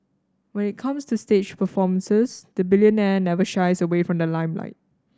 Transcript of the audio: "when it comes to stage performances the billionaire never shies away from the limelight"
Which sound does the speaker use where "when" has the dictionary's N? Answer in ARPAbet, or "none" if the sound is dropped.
N